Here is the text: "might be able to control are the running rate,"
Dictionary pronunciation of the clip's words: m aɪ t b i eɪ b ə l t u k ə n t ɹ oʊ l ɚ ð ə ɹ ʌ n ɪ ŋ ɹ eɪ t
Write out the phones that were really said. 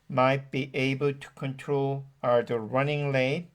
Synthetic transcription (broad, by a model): m aɪ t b i eɪ b ə l t u k ə n t ɹ oʊ l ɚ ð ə ɹ ʌ n ɪ ŋ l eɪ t